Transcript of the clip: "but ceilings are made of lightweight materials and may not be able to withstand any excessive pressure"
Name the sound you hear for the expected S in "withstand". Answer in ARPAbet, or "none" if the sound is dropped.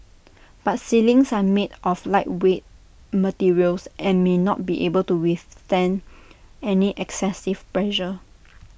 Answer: none